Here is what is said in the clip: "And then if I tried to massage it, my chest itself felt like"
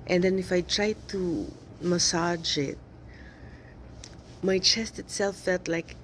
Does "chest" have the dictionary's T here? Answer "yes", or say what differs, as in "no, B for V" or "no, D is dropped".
yes